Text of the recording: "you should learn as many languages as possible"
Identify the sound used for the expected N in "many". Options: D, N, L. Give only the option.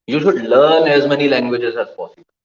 N